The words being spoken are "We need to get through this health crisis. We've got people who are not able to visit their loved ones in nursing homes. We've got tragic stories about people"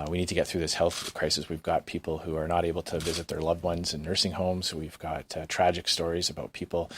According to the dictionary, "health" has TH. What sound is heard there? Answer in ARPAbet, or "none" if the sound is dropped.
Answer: TH